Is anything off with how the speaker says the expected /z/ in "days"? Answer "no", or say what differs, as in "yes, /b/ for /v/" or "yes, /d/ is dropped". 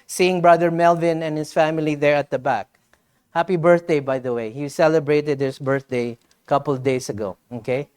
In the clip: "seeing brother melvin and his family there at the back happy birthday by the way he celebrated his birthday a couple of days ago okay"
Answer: yes, /s/ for /z/